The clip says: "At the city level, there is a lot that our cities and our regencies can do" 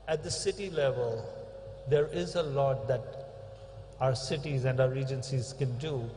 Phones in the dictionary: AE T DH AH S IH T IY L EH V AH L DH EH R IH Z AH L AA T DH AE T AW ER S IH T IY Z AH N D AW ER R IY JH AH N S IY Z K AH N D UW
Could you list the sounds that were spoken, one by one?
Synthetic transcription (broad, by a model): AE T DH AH S IH T IY L EH V AH L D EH R IH Z AH L AA T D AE T AW ER S IH T IY Z AH N D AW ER R IY JH AH N S IY Z K AH N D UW